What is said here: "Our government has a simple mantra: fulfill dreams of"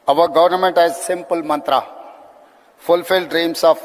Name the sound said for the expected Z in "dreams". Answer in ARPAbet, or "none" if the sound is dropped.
S